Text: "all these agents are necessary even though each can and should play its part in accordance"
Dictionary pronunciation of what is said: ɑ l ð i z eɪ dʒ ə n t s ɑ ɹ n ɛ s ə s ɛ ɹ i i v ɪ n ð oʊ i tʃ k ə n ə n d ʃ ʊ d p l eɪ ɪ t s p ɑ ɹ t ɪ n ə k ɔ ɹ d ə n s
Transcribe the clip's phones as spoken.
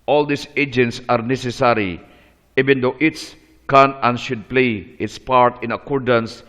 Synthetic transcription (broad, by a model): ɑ l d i s eɪ dʒ ə n t s ɑ ɹ n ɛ s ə s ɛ ɹ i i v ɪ n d oʊ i s k ə n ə n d ʃ ʊ d p l eɪ ɪ t s p ɑ ɹ t ɪ n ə k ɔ ɹ d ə n s